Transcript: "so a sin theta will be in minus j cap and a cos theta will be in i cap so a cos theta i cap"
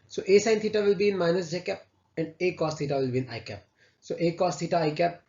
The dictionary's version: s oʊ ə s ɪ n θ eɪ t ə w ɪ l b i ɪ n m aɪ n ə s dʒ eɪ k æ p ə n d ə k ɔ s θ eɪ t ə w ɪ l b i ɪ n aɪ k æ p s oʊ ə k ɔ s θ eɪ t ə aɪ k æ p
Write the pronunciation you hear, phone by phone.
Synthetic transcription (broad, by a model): s oʊ ə s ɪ n t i t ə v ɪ l b i ɪ n m aɪ n ə s dʒ eɪ k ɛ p ə n d ə k ɔ s t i t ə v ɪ l b i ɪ n aɪ k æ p s oʊ ə k ɔ s t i t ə aɪ k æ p